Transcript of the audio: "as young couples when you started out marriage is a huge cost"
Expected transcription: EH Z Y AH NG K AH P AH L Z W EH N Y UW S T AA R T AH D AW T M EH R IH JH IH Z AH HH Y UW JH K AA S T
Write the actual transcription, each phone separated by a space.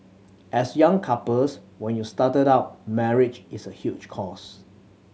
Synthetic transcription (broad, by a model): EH S Y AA NG K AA P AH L S W EH N Y UW S T AA T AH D AW T M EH R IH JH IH S AH HH Y UW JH K AA S